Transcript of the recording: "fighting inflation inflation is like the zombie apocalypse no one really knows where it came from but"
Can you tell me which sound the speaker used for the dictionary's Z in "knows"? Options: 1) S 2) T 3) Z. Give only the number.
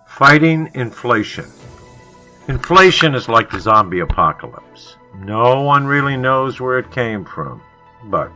3